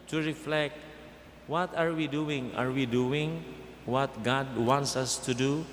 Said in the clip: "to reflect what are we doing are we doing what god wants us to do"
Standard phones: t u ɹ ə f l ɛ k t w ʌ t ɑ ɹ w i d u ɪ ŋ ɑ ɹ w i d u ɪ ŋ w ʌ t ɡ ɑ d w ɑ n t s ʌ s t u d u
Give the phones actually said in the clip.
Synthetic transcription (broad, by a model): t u ɹ ə f l ɛ k t w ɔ t ɑ ɹ w i d u ɪ ŋ ɑ ɹ w i d u ɪ ŋ w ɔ t ɡ ɑ d w ɑ n t s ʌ s t u d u